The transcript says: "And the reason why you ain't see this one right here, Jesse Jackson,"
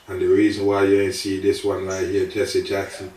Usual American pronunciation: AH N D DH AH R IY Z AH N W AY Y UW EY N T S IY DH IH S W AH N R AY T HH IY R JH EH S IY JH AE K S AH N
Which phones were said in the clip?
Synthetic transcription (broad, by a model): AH N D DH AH R IY Z AH N W AY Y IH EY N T S IY DH IH S W AH N L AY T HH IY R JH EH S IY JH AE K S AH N